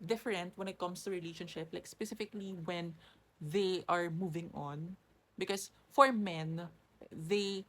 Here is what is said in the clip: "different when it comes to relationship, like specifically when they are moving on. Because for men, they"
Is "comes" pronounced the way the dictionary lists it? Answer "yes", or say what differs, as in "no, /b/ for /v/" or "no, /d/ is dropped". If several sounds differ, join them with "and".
no, /s/ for /z/